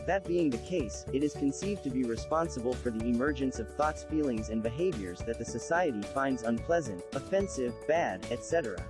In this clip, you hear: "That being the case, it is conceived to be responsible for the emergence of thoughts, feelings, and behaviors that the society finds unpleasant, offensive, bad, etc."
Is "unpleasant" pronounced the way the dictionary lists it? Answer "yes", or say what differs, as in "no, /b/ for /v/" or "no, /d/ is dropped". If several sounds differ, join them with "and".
yes